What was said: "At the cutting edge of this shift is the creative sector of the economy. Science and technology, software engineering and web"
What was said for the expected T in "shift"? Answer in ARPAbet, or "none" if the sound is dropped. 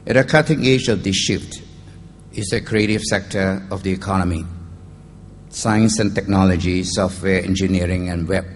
T